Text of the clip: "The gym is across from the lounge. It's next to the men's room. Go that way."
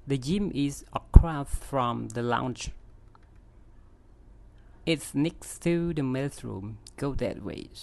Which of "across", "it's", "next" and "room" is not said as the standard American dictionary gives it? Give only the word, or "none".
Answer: across